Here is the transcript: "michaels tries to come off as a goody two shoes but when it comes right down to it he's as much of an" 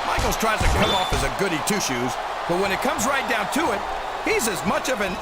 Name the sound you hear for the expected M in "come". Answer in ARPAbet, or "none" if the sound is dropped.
none